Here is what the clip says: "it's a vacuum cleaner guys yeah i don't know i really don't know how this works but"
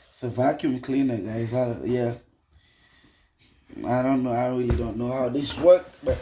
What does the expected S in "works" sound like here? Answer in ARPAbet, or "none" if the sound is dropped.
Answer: none